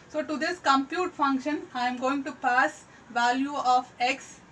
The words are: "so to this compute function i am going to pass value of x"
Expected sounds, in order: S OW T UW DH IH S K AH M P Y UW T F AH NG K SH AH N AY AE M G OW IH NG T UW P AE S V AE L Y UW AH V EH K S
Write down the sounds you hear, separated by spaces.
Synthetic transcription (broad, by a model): S OW T UW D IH S K AH M P Y UW T F AH NG K SH AH N AY M G OW IH NG T UW P AE S V AE L Y UW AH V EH K S